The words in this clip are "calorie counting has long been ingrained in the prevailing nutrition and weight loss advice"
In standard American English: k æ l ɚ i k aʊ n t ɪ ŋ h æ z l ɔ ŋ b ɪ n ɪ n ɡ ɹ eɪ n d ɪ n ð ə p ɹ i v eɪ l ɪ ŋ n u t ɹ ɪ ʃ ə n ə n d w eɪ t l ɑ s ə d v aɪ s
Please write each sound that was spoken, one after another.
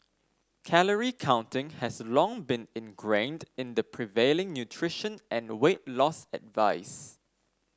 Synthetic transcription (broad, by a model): k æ l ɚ i k aʊ n t ɪ ŋ h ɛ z l ɔ ŋ b ɪ n ɪ n ɡ ɹ eɪ n d ɪ n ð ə p ɹ i v eɪ l ɪ ŋ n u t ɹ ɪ ʃ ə n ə n w eɪ t l ɑ s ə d v aɪ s